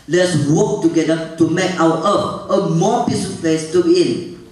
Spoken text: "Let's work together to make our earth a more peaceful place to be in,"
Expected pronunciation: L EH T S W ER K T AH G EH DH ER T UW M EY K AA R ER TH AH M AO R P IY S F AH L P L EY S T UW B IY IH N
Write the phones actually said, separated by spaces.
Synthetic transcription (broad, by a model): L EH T S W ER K T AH G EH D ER T UW M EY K AA W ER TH AH M AO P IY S AH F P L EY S T UW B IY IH N